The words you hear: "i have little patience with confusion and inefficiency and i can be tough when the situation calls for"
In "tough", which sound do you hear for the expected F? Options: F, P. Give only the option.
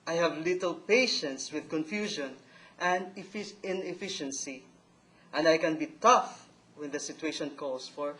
F